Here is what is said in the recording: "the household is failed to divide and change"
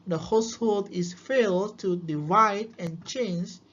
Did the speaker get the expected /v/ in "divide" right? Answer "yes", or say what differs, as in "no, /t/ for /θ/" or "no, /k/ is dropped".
yes